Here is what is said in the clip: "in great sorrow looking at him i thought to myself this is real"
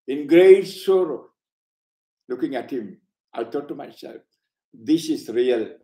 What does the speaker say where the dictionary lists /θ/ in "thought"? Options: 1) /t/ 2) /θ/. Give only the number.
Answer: 1